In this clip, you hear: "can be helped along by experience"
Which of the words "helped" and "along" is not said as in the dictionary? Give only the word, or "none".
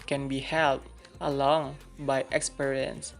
helped